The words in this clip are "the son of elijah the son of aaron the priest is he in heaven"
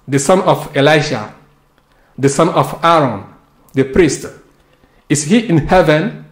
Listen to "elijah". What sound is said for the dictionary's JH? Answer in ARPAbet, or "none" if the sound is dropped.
SH